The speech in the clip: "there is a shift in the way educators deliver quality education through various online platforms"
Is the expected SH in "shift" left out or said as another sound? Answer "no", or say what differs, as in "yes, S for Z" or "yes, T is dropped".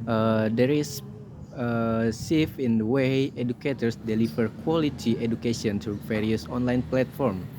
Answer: yes, S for SH